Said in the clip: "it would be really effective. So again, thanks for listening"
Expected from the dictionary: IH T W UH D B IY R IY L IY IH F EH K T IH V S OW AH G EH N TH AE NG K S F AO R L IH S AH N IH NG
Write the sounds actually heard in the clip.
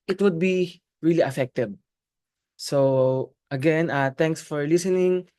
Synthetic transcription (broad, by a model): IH T W UH D B IY R IY L IY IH F EH K T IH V S OW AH G EH N T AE NG K S F AO R L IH S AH N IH NG